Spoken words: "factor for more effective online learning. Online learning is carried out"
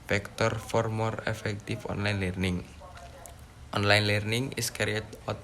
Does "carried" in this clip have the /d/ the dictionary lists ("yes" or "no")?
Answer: no